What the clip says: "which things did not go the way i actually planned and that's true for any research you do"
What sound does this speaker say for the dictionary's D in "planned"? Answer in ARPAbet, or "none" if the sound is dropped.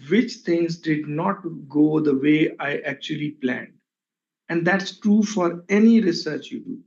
D